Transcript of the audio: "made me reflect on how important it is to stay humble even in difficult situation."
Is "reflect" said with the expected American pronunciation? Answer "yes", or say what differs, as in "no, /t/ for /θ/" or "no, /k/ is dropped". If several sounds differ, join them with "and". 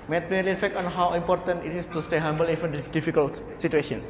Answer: no, /l/ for /ɹ/ and /l/ is dropped